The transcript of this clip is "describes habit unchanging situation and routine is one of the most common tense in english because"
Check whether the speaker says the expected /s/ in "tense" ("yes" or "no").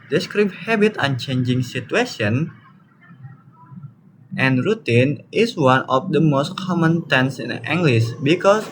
yes